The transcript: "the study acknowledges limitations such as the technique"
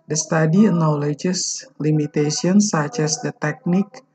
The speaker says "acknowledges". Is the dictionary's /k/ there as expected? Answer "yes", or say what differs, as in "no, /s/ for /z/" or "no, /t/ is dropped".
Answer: no, /k/ is dropped